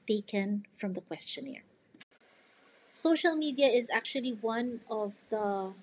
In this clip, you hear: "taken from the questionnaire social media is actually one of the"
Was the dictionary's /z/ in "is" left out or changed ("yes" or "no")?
no